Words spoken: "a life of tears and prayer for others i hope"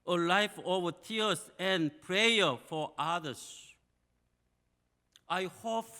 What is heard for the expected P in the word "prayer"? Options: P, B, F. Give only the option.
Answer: P